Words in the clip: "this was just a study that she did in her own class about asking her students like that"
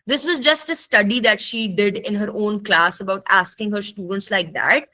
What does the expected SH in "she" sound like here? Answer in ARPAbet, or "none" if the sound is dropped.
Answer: SH